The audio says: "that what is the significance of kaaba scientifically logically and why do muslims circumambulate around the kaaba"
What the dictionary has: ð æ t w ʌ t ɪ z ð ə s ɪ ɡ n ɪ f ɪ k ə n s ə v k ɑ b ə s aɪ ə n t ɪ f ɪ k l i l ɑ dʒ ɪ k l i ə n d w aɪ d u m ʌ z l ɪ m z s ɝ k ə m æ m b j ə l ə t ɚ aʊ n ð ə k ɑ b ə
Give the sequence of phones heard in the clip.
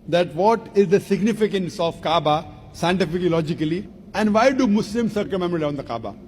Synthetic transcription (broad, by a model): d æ t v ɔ t ɪ z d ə s ɪ ɡ n ɪ f ɪ k ə n s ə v k ɑ b ə s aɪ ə n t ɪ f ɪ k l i l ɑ dʒ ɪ k l i ə n d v aɪ d u m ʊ s l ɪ m s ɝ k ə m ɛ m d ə ə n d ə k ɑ b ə